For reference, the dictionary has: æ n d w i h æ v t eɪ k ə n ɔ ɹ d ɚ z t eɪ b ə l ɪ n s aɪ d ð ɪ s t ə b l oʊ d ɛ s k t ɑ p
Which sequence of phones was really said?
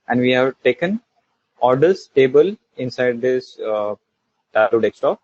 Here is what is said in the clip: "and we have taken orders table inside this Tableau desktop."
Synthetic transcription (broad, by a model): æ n d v i h æ v t eɪ k ə n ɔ ɹ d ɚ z t eɪ b ə l ɪ n s aɪ d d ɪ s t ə l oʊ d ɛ s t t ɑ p